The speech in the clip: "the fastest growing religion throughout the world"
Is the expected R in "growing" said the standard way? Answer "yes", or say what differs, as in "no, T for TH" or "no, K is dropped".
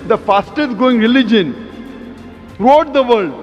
no, R is dropped